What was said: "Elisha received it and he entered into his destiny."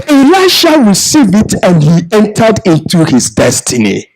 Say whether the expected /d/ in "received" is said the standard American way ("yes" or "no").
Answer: no